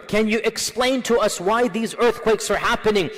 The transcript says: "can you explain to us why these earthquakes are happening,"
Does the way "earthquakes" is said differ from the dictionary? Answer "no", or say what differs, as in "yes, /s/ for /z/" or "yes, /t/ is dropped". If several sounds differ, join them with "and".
no